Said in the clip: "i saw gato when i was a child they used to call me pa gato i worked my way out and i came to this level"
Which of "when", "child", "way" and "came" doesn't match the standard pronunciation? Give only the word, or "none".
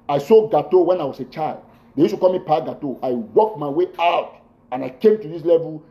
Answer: none